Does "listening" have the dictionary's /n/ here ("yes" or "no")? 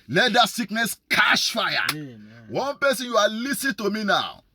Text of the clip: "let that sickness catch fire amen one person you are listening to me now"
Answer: no